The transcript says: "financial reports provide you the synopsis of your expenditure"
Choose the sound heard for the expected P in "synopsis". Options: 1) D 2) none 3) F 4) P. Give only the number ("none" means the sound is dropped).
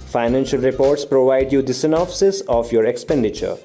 3